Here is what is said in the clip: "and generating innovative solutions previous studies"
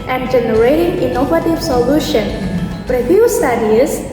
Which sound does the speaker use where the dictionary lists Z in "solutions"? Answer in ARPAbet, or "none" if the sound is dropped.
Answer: none